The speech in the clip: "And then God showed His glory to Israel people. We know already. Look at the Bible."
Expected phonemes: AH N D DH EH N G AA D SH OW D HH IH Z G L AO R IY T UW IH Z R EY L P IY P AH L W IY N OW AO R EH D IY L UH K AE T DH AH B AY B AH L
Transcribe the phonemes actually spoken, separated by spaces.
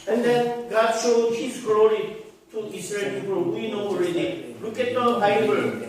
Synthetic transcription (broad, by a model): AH N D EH N G AA D SH OW D HH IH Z G L AO R IY T UW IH S R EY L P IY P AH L W IY N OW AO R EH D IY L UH K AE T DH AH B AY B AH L